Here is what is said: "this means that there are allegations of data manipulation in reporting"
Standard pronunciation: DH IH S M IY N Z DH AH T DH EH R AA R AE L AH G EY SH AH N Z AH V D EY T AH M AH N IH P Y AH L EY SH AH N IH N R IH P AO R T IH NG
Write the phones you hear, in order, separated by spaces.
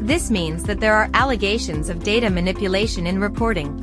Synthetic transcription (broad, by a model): DH IH S M IY N Z DH AH T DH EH R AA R AE L AH G EY SH AH N Z AH V D EY T AH M AH N IH P Y AH L EY SH AH N IH N R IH P AO R T IH NG